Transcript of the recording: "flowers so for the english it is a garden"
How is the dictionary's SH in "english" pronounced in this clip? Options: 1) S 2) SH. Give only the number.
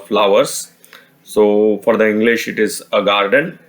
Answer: 2